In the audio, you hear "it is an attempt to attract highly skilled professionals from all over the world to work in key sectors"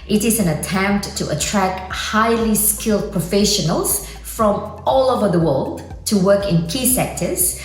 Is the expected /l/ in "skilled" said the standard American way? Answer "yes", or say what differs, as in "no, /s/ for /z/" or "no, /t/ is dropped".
yes